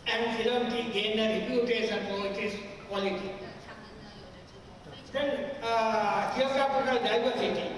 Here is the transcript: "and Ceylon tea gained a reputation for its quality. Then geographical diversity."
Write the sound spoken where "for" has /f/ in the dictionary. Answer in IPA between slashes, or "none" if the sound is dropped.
/p/